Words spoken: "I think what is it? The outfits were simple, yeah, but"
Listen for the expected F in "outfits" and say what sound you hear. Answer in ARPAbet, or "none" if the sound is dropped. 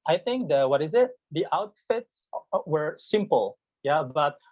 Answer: F